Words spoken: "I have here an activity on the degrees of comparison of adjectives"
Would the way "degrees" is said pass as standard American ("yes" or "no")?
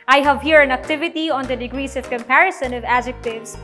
no